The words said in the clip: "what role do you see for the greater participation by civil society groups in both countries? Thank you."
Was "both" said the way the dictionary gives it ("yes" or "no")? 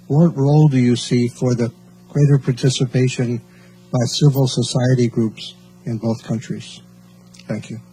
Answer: yes